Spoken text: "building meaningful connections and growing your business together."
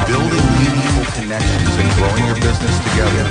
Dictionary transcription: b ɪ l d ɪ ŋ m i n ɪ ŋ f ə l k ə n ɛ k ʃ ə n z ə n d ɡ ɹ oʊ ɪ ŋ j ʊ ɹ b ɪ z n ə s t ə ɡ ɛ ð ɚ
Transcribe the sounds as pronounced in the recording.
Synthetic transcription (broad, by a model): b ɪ l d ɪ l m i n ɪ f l k ə n ɛ k ʃ ə n z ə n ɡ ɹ oʊ ɪ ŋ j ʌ ɹ b ɪ z n ə s t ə ɡ ɛ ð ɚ